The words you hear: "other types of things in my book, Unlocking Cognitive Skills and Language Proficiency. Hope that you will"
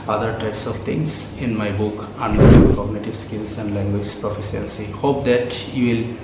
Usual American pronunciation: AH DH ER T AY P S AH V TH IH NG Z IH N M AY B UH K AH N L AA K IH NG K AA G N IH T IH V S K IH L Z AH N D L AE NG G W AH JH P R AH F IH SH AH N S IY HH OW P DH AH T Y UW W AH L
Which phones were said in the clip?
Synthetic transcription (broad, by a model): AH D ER T AY P S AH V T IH NG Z IH N M AY B UH K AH N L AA IH K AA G N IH T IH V S K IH L S AH N D L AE NG G W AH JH P R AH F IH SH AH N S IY HH OW P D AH T Y UW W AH L